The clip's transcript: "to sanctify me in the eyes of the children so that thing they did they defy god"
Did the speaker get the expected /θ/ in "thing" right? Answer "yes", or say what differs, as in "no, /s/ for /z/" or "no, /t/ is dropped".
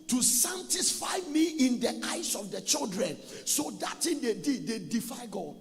no, /t/ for /θ/